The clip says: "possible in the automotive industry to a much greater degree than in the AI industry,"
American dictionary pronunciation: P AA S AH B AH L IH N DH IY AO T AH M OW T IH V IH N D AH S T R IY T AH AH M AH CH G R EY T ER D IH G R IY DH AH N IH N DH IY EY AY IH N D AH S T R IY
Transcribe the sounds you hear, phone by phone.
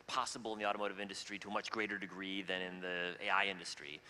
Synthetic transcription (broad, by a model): P AA S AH B L IH N DH IY AO T AH M OW T IH V IH N D AH S T R IY T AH AH M AH CH G R EY T ER D IH G R IY DH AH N IH N DH IY EY AY IH N D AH S T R IY